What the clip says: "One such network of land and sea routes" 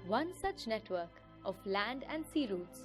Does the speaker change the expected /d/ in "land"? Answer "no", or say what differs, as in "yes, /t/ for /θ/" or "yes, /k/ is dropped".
no